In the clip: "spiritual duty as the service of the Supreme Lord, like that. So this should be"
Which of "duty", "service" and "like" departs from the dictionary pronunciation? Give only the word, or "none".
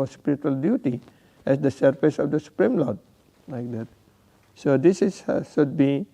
service